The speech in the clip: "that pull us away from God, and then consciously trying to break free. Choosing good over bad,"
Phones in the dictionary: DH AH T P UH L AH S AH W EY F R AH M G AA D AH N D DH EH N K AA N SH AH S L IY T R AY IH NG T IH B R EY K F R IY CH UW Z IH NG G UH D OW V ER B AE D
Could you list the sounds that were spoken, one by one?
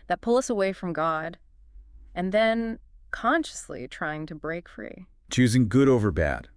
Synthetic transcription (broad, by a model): DH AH T P UH L AH S AH W EY F R AH M G AA D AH N DH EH N K AA N SH AH S L IY T R AY IH NG T IH B R EY K F R IY CH UW Z IH NG G UH D OW V ER B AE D